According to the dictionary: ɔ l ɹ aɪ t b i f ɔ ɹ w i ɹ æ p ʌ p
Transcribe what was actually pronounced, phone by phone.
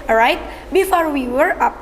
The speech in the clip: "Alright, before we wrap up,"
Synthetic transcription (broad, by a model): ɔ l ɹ aɪ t b i f ɔ ɹ w i w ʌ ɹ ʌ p